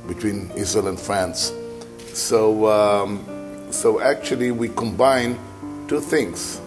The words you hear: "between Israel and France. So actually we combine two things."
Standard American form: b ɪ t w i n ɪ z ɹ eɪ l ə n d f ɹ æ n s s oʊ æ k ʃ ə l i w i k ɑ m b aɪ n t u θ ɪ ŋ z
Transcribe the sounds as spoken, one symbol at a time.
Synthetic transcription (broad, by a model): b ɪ t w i n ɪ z eɪ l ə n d f ɹ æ n s s oʊ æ k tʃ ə l i w i k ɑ m b aɪ n t u θ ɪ ŋ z